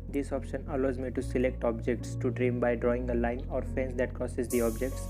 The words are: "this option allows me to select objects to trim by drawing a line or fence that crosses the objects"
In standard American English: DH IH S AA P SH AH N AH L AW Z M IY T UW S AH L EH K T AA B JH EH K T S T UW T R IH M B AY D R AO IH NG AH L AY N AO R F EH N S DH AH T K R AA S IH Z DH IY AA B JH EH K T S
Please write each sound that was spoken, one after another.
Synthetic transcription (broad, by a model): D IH S AA P SH AH N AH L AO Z M IY T UW S AH L EH K T AA B JH EH K T S T UW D R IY M B AY D R AO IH NG AH L AY N AO R F EH N S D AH T K R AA S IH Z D IY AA B JH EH K T S